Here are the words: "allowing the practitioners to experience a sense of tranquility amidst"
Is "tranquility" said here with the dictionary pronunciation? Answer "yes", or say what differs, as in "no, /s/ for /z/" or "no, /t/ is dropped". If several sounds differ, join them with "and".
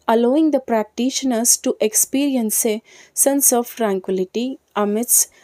yes